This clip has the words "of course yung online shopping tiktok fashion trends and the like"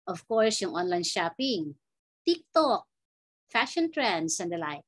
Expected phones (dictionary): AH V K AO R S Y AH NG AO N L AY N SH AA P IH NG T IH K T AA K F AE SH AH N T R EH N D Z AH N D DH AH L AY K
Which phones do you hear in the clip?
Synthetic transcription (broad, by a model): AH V K AO R S Y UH NG AO N L AY N SH AA P IH NG T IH K T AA K F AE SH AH N T R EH N D S AH N D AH L AY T